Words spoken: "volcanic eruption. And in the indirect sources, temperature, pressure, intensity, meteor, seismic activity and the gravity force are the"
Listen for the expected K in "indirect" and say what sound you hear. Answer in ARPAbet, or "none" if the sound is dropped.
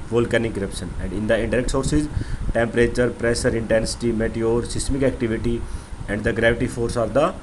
K